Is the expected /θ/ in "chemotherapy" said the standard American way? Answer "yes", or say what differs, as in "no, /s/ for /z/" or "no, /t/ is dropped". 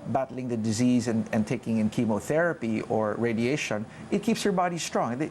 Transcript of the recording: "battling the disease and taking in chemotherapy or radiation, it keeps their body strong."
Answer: yes